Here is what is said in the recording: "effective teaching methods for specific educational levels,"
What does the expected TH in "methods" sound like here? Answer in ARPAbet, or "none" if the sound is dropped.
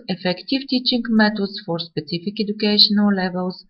T